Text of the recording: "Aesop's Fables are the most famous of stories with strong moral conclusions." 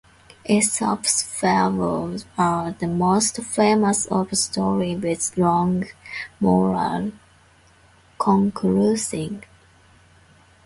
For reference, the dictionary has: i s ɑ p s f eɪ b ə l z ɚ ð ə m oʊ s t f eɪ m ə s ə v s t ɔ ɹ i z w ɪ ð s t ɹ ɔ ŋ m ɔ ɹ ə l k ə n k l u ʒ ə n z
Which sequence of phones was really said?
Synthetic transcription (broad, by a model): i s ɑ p s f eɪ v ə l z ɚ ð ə m oʊ s t f eɪ m ə s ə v s t ɔ ɹ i w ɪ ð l ɔ ŋ m ɔ ɹ ə l k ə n k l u s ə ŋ